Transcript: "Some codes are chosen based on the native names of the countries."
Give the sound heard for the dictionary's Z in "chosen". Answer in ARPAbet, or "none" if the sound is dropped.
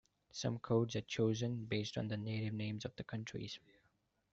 Z